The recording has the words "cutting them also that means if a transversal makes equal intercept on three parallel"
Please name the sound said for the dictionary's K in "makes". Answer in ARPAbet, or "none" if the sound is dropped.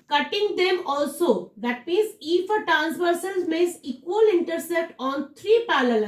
none